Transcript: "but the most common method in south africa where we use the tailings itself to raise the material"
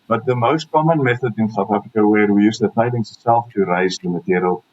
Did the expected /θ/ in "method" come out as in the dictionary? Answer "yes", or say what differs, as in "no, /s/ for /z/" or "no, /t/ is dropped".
yes